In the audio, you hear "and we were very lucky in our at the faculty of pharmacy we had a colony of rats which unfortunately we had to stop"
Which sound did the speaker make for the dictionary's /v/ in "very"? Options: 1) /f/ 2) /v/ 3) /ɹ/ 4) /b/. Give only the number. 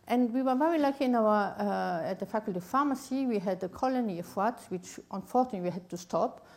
2